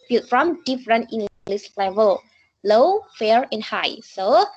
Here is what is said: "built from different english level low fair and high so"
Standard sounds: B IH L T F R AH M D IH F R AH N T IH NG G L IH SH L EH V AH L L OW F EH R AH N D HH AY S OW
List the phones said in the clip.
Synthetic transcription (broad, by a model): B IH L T F R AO M D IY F R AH N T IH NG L L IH S L EH V AH L L OW F EH R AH N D HH AY S OW